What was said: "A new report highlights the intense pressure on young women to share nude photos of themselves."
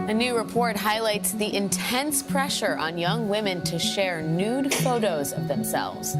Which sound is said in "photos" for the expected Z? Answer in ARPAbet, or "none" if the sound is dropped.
Z